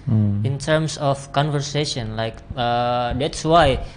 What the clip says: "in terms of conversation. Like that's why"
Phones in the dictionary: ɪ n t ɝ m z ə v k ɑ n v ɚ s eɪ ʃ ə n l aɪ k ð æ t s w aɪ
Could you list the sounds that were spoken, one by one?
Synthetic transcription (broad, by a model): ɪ n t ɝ m s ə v k ɑ n v ɚ s eɪ ʃ ə n l aɪ k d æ t s w aɪ